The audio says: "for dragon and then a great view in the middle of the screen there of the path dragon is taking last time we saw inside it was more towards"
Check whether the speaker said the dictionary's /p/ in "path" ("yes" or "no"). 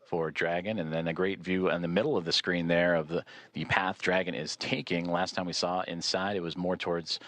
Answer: yes